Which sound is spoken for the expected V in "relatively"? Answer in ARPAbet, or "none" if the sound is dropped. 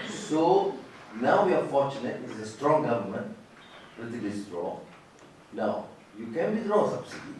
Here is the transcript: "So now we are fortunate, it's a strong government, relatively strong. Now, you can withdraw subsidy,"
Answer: none